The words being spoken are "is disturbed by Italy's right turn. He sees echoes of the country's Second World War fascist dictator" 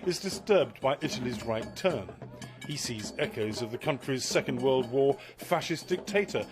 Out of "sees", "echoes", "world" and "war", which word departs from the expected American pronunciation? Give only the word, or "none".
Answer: none